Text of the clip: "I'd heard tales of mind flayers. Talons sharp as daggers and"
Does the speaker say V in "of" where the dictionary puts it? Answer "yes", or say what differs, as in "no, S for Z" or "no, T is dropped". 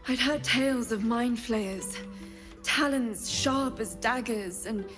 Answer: yes